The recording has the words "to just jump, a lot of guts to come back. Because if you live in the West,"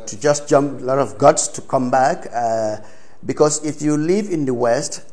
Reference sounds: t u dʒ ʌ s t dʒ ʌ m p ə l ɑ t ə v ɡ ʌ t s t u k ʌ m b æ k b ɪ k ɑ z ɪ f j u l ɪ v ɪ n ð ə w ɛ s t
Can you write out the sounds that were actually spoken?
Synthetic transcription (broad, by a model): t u dʒ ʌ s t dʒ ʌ m p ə l ɑ t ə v ɡ ʌ t s t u k ʌ m b æ k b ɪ k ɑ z ɪ f j u l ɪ v ɪ n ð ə w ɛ s t